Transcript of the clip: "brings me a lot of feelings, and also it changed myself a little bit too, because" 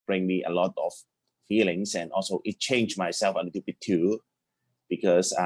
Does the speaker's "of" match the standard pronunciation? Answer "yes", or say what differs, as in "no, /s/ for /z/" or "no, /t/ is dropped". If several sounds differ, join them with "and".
no, /f/ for /v/